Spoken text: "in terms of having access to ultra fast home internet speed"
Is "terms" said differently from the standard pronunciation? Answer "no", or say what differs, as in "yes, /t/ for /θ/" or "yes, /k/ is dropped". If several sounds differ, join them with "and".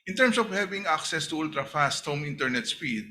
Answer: yes, /s/ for /z/